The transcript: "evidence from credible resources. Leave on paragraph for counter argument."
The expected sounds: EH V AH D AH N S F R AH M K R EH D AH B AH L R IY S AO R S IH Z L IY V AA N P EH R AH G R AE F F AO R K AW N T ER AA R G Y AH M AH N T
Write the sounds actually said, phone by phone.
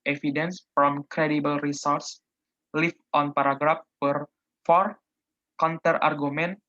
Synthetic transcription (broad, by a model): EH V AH D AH N S F R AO M K R EH D AH B AH L R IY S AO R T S L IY F AA N P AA R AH G R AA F F AO R K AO N T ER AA R G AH M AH N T